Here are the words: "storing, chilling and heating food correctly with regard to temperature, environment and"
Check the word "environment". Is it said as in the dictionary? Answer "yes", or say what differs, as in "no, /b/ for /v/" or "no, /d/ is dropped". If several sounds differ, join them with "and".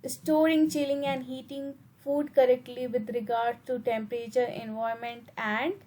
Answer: no, /ɹ/ is dropped and /n/ is dropped